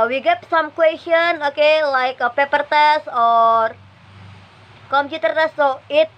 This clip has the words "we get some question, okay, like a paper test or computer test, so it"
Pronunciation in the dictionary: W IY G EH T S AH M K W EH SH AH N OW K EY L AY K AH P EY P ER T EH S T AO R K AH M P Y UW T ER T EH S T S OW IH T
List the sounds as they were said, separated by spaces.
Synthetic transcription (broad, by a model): W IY G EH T S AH M K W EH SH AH N OW K EY L AY K AH P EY P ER T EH S AO R K AH M P Y UW T ER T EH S S OW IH T